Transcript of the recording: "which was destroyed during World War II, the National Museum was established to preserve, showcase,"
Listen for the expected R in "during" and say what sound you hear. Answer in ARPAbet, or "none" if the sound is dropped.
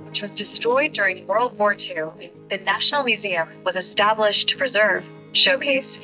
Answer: R